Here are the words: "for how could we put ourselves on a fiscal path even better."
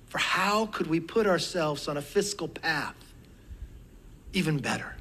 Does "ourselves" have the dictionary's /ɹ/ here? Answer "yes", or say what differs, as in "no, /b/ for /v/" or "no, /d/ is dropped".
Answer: yes